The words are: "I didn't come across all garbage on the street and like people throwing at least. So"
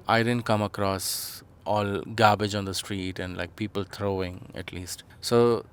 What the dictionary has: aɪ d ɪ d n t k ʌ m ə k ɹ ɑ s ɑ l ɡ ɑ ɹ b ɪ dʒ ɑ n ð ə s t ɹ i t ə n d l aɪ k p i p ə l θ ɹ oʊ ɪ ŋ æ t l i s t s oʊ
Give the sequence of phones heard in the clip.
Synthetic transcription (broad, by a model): aɪ d ɪ d n t k ʌ m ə k ɹ ɑ s ɑ l ɡ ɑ b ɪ dʒ ɑ n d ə s t ɹ i t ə n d l aɪ k p i p ə l t ɹ oʊ ɪ ŋ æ t l i s t s oʊ